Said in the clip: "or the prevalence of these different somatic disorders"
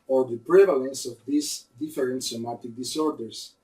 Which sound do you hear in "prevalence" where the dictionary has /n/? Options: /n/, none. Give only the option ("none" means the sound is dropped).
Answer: /n/